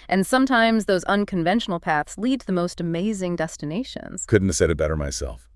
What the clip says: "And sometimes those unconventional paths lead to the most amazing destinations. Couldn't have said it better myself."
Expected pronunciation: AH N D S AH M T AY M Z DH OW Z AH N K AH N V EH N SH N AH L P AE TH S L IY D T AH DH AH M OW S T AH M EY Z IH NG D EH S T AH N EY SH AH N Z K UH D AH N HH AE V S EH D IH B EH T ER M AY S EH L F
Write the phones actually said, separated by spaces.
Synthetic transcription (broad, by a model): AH N S AH M T AY M Z DH OW Z AH N K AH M V EH N SH N L P AE TH S L IY D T DH AH M OW S T AH M EY Z IH NG D EH S T AH N EY SH AH N Z K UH D N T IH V S EH D IH B EH T ER M AY S EH L F